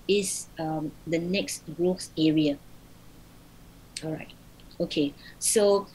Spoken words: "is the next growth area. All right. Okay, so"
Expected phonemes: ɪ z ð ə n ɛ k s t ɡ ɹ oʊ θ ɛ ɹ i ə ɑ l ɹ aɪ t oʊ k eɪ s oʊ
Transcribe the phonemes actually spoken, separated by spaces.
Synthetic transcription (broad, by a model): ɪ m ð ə n ɛ k s t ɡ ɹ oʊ s ɛ ɹ i ə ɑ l ɹ aɪ t oʊ k eɪ s oʊ